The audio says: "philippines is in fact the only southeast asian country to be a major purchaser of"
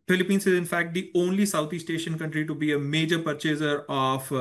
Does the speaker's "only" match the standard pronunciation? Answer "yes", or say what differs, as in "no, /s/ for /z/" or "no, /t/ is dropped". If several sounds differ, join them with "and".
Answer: yes